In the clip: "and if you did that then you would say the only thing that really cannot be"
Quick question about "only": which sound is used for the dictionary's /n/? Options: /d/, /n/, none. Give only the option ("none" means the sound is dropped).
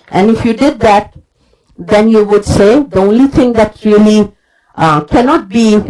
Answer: /n/